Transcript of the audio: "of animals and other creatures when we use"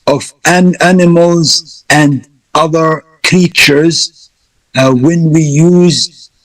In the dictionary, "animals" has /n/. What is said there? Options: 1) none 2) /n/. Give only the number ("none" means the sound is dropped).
2